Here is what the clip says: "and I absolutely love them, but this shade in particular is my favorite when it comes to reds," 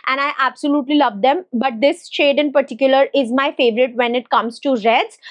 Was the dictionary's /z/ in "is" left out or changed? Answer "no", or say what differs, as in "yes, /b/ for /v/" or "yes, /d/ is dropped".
no